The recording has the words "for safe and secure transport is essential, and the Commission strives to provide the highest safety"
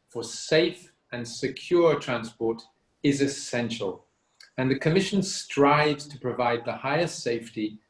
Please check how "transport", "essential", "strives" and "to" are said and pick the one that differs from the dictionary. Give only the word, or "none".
none